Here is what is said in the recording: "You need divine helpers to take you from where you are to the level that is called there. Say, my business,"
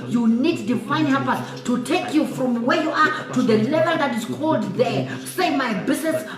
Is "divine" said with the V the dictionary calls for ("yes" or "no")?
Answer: no